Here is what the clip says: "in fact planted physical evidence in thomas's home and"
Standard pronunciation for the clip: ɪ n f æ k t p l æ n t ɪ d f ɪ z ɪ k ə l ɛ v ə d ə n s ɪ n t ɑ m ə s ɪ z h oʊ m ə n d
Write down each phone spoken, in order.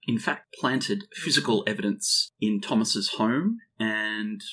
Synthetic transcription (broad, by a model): ɪ n f æ k t p l æ n t ɪ d f ɪ z ɪ k ə l ɛ v ə d ə n s ɪ n t ɑ m ə s ɪ z h oʊ m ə n